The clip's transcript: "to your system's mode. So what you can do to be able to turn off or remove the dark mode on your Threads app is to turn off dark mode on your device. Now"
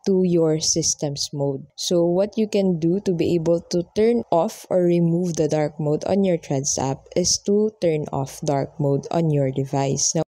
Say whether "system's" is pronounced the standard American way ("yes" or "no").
no